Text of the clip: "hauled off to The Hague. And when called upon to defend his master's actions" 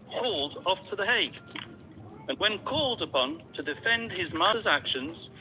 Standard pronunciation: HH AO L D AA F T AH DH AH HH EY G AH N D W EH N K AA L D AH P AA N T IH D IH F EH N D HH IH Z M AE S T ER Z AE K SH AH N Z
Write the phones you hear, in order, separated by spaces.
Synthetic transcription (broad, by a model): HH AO L D AA F T AH DH AH HH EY AH N W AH N K AA L D AH P AA N T IH D IH F EH N D IH Z M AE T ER Z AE K SH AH N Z